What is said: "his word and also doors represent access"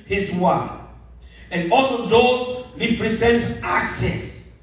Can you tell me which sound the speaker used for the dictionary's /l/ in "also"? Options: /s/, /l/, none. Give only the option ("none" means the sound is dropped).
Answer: /l/